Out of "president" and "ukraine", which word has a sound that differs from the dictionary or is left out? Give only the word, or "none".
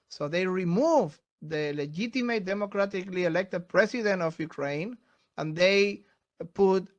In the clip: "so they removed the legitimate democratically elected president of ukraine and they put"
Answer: president